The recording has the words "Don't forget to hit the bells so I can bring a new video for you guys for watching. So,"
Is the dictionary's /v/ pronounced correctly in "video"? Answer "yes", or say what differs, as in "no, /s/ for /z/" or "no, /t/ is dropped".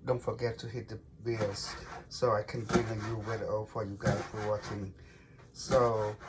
no, /w/ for /v/